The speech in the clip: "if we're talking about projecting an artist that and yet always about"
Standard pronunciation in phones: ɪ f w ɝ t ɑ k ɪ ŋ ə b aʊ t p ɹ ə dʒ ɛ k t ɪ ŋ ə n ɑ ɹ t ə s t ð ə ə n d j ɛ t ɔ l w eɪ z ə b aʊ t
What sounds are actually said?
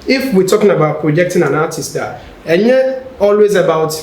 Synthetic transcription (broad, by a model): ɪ f w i t ɑ k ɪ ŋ ə b aʊ t p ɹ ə dʒ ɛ k t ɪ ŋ ə n ɑ t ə s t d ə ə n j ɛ ɔ l w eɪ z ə b aʊ t